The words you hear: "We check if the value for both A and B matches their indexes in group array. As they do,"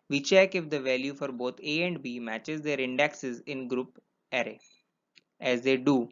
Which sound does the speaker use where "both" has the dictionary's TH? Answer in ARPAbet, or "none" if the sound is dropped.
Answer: T